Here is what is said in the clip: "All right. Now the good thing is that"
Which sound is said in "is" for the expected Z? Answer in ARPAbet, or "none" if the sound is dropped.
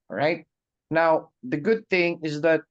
Z